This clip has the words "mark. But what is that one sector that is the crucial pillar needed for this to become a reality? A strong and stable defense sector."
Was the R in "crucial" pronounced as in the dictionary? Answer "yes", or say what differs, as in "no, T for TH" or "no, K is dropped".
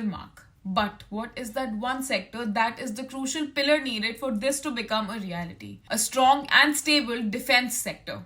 yes